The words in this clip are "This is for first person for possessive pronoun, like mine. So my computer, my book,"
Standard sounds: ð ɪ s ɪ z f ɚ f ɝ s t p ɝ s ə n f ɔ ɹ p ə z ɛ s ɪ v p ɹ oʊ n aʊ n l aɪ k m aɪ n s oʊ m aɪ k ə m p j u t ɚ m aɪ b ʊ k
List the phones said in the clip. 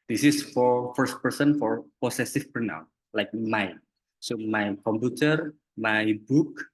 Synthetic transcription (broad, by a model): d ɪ s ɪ s f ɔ f ɝ s t p ɝ s ə n f ɔ ɹ p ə s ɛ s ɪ f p oʊ n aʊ l aɪ k m aɪ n s oʊ m aɪ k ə m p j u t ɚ m aɪ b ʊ k